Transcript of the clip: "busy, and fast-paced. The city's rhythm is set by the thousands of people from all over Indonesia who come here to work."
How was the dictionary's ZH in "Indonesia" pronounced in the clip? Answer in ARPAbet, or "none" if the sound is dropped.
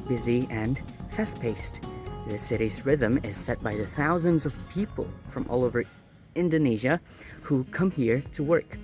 ZH